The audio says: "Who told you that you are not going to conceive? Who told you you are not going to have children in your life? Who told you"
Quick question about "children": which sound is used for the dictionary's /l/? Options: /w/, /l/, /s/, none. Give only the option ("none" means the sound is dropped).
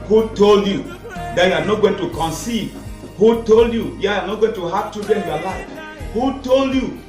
none